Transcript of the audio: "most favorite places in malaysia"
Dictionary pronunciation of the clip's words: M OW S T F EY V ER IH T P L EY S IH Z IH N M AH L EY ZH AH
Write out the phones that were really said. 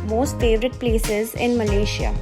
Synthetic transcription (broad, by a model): M OW S T F EY V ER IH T P L EY S IH Z IH N M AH L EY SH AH